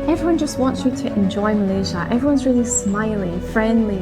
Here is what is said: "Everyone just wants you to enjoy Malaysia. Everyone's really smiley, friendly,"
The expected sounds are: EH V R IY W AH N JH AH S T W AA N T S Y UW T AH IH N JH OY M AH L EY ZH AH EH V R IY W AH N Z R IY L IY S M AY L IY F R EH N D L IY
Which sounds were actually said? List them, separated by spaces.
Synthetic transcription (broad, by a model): EH V R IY W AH N JH AH S T W AA N T S Y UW T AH IH N JH OY M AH L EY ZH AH EH V R IY W AH N Z R IY L IY S M AY L IY F R EH N D L IY